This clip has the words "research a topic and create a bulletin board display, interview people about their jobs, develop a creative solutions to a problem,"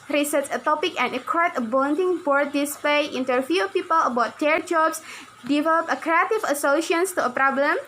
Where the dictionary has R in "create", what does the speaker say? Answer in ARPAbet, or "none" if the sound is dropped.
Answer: none